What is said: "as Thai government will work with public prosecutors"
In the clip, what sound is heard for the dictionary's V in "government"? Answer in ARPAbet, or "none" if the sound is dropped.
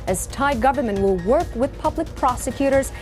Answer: V